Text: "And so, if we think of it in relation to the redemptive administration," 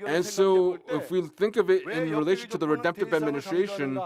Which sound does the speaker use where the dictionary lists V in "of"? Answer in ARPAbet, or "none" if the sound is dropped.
V